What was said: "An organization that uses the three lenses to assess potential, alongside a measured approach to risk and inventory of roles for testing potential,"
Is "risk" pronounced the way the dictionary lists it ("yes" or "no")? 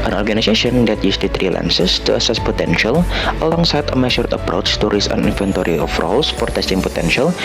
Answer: no